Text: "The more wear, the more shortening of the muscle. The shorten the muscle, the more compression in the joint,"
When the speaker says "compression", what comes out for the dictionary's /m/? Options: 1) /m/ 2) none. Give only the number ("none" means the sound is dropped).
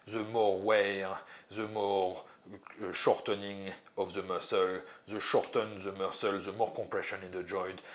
2